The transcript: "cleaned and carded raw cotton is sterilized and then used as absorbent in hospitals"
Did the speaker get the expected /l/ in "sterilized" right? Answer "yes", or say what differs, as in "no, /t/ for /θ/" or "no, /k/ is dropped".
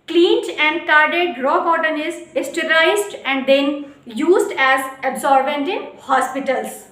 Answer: no, /l/ is dropped